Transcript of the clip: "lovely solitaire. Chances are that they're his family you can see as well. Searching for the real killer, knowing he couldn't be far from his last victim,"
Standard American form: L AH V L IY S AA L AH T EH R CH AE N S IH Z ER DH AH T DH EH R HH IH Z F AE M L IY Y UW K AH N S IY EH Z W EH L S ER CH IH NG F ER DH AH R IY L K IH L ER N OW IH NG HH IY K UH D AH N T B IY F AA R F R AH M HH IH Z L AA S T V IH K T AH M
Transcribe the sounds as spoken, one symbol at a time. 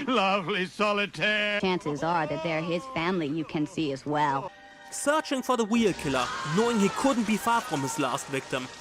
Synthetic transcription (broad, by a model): L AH V L IY S AA L AH T EH R CH AE N S IH Z ER DH AH T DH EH R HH IH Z F AE M L IY Y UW K AH N S IY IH Z W EH L S ER CH IH NG F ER DH AH W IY L K IH L ER N OW IH NG HH IY K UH D N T B IY F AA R F R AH M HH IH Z L AA S T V IH K T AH M